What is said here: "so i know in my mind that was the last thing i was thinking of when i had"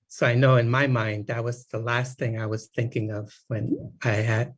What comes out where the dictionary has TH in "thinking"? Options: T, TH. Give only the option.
TH